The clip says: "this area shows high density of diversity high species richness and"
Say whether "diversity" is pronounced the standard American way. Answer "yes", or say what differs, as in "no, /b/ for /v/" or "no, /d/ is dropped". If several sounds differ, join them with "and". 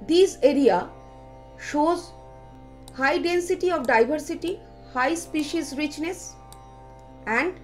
no, /b/ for /v/